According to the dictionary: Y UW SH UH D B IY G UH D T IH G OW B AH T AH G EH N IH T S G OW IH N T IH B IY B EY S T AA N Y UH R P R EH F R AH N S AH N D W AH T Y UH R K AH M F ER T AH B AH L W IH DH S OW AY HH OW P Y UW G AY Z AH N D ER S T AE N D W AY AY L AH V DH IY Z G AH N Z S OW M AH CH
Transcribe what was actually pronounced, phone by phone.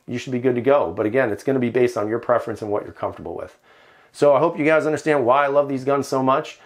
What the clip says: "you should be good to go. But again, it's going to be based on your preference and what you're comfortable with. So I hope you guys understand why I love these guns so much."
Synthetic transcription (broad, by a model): Y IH SH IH D B IY G UH D T IH G OW B AH T AH G EH N IH T S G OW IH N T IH B IY B EY S T N Y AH R P R EH F R AH N S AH N W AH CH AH R K AH M F T AH B L W IH DH S OW AY HH OW P Y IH G AY Z AH N D ER S T AE N D W AY AY L AH V DH IY Z G AH N Z S OW M AH CH